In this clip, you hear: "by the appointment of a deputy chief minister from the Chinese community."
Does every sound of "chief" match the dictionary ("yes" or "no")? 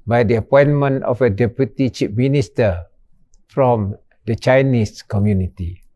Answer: no